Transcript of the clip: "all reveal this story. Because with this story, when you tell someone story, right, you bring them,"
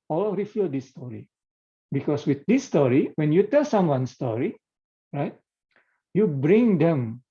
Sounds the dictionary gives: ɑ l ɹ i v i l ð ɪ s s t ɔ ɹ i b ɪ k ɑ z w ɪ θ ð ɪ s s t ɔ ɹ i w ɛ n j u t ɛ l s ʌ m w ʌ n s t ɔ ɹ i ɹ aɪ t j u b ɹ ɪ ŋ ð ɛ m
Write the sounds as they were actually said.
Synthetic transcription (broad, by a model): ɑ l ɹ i f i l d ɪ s s t ɔ ɹ i b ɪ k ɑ s w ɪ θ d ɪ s s t ɔ ɹ i w ɛ n j u t ɛ l s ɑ m w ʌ n s t ɔ ɹ i ɹ aɪ t j u b ɹ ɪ ŋ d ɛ m